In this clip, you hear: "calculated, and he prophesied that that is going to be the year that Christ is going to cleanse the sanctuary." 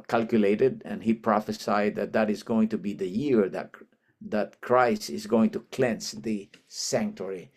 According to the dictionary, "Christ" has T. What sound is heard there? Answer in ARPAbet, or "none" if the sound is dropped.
none